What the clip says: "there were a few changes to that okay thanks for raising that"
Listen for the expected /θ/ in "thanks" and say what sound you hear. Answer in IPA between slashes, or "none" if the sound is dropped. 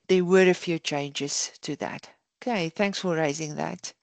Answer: /θ/